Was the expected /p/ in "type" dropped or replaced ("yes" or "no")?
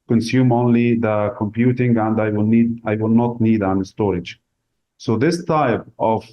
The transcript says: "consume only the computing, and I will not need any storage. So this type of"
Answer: no